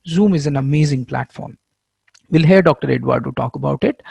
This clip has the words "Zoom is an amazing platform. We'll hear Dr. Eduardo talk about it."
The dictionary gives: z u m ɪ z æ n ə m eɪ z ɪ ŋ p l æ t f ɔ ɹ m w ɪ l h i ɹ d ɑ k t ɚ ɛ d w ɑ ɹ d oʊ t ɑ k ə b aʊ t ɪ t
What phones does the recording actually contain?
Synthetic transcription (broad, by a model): z u m ɪ z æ n ə m eɪ z ɪ ŋ p l æ t f ɔ ɹ m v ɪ l h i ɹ d ɑ k t ɚ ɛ d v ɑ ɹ d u t ɑ k ə b aʊ t ɪ t